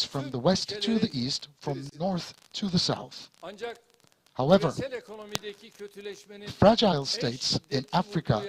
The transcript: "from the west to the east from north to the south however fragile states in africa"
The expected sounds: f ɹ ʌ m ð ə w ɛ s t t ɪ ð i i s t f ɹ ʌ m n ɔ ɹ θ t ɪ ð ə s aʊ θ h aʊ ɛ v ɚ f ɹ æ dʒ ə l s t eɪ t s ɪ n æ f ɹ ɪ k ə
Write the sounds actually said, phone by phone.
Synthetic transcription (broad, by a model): f ɹ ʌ m ð ə w ɛ s t t ɪ ð i i s t f ɹ ʌ m n ɔ ɹ θ t ɪ ð ə s aʊ θ h aʊ ɛ v ɚ f ɹ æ dʒ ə l s t eɪ t s ɪ n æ f ɹ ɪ k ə